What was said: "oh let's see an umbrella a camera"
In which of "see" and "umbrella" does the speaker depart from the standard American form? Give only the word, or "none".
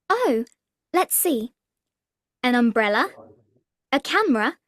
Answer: none